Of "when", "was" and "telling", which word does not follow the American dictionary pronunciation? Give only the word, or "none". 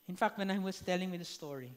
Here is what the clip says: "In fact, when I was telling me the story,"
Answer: was